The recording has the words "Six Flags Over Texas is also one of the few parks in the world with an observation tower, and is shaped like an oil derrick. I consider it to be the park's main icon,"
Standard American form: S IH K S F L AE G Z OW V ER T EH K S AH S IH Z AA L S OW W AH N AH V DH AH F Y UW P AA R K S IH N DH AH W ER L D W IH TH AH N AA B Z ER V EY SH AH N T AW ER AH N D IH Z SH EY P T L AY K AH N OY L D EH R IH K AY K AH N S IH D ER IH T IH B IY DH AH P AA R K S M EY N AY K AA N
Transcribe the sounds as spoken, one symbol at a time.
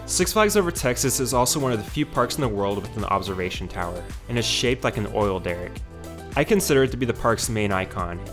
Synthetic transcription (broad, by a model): S IH K S F L AE G Z OW V ER T EH K S AH S IH Z AA L S OW W AH N AH V DH AH F Y UW P AA R K S N DH AH W ER L D W IH TH AH N AA B Z ER V EY SH N T AW ER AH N IH Z SH EY P T L AY K N OY L D EH R IH K AY K AH N S IH D ER IH T IH B IY DH AH P AA R K S M EY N AY K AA N